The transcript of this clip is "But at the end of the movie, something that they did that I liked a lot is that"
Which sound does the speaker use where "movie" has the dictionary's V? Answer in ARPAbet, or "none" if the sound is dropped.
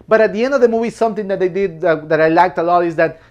W